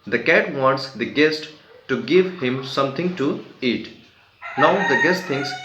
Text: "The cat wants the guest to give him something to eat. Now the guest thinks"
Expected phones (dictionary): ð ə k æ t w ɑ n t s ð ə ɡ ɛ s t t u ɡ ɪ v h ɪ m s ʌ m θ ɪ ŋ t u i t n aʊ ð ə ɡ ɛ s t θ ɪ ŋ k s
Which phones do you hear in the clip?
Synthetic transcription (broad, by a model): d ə k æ t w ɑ n t s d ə ɡ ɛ s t t u ɡ ɪ v h ɪ m s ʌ m t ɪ ŋ t u i t n aʊ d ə ɡ ɛ s t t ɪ ŋ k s